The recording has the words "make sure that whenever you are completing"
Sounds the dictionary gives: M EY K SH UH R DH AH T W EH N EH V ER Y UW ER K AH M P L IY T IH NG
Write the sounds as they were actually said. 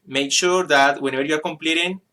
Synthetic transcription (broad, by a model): M EY K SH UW R DH AH T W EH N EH B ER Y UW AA K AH M P L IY T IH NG